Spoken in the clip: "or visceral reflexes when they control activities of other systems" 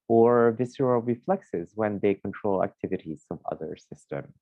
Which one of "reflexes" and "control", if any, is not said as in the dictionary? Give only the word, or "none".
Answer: none